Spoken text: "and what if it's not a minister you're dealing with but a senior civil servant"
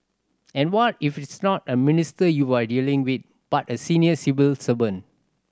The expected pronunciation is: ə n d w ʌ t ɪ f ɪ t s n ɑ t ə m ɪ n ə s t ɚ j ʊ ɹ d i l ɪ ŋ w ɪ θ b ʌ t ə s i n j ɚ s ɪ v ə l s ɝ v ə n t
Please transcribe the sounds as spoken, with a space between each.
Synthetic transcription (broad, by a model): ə n w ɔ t ɪ f ɪ t s n ɑ t ə m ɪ n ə s t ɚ j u w d i l ɪ ŋ w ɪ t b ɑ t ə s i n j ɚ s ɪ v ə l s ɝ b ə n